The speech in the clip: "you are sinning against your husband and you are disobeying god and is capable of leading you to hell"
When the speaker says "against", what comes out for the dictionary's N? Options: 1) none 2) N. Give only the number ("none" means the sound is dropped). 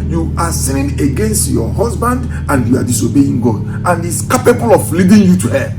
2